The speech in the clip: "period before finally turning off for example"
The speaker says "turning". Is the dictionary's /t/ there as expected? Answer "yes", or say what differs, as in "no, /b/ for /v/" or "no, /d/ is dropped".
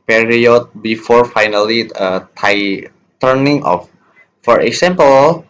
yes